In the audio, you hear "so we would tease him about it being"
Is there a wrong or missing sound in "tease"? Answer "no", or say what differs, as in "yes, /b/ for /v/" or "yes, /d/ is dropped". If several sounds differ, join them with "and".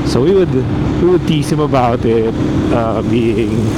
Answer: yes, /s/ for /z/